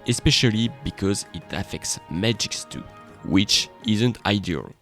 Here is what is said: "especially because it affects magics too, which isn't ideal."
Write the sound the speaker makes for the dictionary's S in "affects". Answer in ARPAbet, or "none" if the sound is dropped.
S